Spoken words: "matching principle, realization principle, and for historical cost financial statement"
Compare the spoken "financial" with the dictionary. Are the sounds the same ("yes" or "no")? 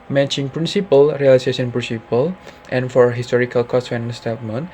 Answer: no